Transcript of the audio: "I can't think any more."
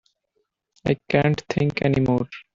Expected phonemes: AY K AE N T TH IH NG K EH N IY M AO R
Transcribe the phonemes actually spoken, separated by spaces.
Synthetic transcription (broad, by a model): AY K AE N T T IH NG K EH N IY M AO R